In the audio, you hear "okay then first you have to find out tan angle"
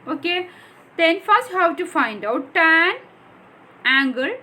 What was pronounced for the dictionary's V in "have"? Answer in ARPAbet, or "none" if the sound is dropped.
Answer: W